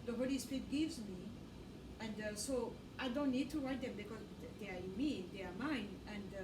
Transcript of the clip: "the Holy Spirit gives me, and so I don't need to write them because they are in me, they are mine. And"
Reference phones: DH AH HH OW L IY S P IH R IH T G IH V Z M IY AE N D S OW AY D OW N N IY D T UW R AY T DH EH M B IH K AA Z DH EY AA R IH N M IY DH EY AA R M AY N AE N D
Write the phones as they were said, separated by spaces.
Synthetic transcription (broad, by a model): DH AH HH OW L IY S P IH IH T G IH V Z M IY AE N D S OW AY D OW N N IY D T UW R AY T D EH M B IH K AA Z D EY AA R IH N M IY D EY AA R M AY N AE N D